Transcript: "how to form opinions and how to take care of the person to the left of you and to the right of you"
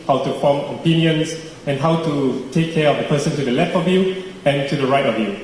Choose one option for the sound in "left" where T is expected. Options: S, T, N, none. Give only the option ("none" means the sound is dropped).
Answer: T